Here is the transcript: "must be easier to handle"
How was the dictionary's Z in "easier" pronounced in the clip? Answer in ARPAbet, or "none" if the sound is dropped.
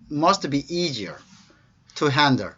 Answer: Z